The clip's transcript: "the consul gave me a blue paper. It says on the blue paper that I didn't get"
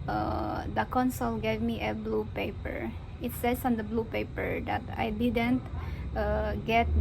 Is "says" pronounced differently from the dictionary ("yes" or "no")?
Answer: yes